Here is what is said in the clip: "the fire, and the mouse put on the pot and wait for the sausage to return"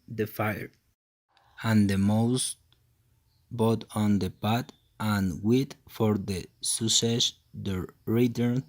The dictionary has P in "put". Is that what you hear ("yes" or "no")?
no